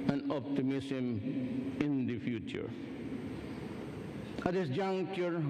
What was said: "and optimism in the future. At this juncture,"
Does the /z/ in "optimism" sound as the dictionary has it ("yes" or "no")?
no